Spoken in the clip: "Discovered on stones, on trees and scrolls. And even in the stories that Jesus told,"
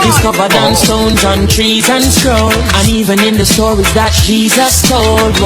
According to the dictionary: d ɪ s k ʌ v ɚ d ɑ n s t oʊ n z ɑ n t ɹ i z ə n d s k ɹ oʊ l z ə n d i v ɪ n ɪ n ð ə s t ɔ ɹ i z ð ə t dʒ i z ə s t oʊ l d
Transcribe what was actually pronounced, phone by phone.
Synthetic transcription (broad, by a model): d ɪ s k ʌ v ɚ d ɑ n s t oʊ n z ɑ n t ɹ i z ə n s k ɹ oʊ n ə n i v ɪ n ɪ n ð ə s t ɔ ɹ i z ð ə t dʒ i z ə s t oʊ l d